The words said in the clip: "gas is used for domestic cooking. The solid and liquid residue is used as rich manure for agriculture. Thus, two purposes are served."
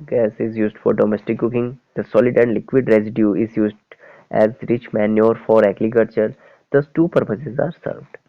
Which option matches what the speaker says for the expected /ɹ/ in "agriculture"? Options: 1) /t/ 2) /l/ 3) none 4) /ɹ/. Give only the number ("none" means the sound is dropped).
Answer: 2